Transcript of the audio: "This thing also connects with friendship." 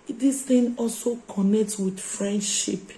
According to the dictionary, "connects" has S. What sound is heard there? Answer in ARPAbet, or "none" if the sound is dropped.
none